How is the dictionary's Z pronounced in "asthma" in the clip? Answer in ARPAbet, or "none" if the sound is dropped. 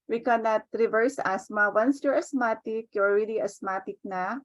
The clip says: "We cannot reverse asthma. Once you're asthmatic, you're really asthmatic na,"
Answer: S